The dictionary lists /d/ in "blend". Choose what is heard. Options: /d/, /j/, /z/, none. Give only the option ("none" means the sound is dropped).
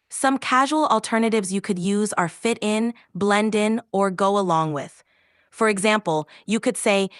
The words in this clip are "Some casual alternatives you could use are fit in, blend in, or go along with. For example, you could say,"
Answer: /d/